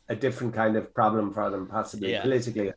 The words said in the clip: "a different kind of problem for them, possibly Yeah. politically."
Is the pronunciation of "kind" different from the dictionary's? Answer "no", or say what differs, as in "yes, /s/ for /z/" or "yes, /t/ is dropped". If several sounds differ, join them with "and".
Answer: no